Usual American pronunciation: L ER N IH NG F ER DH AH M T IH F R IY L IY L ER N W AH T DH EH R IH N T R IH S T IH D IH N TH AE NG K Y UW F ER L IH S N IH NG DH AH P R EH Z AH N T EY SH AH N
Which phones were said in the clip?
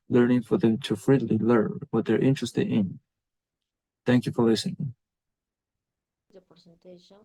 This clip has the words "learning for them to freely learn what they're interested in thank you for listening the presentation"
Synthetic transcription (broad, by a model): L ER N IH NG F ER DH AH M T IH F R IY L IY L ER N W AH T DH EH R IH N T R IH S T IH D IH N TH AE NG K Y UW F ER L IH S IH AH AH N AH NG